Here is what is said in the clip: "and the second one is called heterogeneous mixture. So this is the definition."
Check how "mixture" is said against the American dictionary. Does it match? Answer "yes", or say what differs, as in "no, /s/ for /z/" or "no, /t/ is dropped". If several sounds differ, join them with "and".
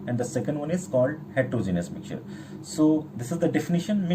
no, /s/ is dropped